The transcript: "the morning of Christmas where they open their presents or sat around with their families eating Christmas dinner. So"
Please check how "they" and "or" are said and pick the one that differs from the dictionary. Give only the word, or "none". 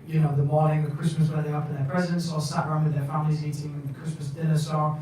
or